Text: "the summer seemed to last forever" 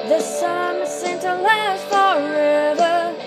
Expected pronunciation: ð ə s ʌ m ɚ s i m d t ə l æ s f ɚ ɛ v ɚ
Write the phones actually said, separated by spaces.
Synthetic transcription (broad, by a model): ð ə s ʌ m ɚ s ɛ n t ə l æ f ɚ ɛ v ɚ